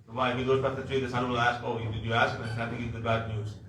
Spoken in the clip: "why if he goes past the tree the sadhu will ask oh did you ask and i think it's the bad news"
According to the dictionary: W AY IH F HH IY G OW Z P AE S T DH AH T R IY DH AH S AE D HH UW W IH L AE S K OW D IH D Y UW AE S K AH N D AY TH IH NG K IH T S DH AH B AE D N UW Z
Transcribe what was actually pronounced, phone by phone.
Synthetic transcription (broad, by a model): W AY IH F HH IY G OW Z B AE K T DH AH T R IY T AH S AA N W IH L AE S K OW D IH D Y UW AE S K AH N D AY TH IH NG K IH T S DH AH B AE D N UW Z